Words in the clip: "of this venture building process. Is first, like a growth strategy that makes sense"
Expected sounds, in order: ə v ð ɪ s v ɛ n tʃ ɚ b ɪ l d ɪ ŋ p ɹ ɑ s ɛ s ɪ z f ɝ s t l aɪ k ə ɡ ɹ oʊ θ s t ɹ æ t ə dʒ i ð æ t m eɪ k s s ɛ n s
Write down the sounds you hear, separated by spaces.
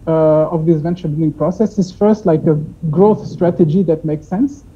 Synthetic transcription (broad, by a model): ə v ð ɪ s v ɛ n tʃ ɚ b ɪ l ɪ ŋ p ɹ ɑ s ɛ s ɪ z f ɝ s t l aɪ k ə ɡ ɹ oʊ θ s t ɹ æ t ə dʒ i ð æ t m eɪ k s s ɛ n s